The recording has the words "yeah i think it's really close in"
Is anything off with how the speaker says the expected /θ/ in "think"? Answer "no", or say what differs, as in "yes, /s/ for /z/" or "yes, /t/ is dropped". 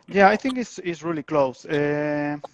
no